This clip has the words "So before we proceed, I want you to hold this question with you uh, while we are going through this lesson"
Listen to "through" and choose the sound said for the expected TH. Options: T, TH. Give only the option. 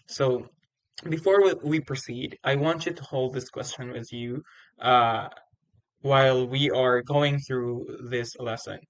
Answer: TH